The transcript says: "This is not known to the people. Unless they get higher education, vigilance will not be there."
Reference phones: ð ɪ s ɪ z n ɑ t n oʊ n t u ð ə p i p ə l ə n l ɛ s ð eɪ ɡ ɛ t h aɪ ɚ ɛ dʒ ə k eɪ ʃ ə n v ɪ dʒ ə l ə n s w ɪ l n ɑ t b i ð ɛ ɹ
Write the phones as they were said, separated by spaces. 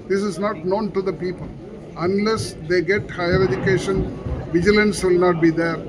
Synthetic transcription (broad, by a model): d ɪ s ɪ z n ɑ t n oʊ n t u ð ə p i p ə l ə n l ɛ s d eɪ ɡ ɛ t h aɪ ɚ ɛ dʒ ə k eɪ ʃ ə n v ɪ dʒ ə l ə n s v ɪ l n ɑ t b i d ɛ ɹ